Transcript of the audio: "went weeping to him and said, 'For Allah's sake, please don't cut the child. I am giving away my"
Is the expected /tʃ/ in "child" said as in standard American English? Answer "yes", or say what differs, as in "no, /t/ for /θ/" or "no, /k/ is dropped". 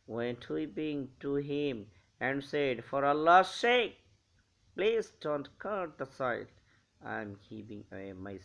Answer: no, /s/ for /tʃ/